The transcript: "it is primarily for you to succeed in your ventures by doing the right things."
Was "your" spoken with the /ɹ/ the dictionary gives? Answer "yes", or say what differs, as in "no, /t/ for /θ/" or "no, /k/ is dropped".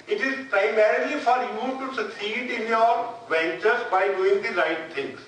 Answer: yes